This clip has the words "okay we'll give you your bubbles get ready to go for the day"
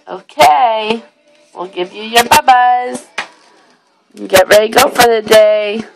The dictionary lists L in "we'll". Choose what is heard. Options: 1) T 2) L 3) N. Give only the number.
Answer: 2